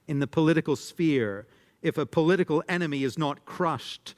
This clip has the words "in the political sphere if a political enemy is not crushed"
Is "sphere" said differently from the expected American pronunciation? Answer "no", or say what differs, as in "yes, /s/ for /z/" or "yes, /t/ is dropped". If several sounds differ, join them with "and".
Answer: no